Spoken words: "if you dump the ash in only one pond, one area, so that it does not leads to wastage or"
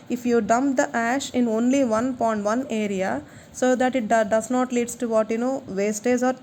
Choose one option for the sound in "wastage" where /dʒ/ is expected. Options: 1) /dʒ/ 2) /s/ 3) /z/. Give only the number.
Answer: 3